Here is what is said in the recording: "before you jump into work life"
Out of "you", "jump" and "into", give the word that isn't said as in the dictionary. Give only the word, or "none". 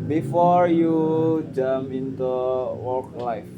jump